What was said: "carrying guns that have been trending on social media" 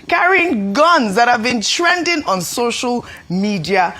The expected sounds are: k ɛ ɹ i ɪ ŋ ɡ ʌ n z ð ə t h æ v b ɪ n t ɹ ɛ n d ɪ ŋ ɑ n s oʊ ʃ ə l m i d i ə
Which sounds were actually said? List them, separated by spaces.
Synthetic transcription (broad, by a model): k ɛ ɹ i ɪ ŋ ɡ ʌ n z ð ə t h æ v b ɪ n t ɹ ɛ n d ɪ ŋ ɑ n s oʊ ʃ ə l m i d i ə